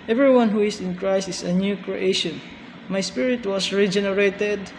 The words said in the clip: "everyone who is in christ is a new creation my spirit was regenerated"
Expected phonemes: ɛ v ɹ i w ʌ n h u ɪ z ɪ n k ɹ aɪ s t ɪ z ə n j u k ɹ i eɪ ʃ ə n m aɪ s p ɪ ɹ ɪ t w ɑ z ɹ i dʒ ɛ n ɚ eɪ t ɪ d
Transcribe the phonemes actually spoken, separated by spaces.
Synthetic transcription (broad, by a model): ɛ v ɹ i w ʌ n h u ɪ s ɪ n k ɹ aɪ s ɪ s ə n j u k ɹ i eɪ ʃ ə n m aɪ s p ɪ ɹ ɪ t w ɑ s ɹ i dʒ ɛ n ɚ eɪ t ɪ d